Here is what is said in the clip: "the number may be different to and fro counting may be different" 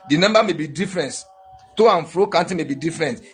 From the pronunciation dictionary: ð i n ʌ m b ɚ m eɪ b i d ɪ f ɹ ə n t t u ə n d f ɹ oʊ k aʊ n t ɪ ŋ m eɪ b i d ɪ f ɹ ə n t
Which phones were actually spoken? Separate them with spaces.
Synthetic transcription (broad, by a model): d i n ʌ m b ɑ m eɪ b i d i f ɹ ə n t t u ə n f ɹ oʊ k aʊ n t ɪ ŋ m eɪ b i d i f ɹ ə n t